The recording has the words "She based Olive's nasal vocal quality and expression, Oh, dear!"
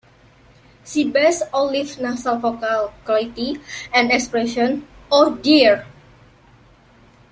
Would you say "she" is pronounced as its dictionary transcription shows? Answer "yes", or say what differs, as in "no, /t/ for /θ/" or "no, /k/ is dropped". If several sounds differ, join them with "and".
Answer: no, /s/ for /ʃ/